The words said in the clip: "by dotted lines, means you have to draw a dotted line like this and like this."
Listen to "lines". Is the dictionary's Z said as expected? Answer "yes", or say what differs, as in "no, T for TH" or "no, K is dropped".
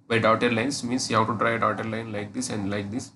no, S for Z